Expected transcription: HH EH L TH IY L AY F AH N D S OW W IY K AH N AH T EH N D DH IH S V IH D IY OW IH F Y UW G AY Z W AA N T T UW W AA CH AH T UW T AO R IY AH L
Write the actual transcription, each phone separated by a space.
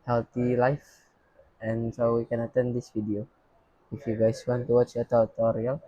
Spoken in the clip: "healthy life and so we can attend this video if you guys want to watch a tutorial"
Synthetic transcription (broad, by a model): HH EH L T IY L AY F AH N S OW W IY K AH N AH T EH N D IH S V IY D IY OW IH F Y UW G AY S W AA N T T UW W AA CH AH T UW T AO R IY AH L